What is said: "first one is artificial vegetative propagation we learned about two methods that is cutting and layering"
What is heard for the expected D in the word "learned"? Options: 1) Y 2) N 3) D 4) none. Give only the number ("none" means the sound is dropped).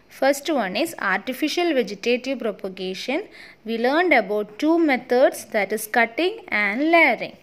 3